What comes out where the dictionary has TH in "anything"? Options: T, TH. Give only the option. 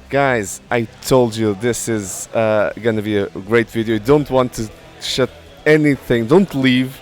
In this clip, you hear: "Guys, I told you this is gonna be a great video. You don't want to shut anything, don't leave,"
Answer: TH